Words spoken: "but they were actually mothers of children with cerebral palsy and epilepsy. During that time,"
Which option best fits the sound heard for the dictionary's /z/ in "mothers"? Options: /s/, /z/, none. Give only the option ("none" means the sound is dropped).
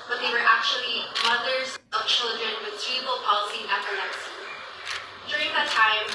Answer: /z/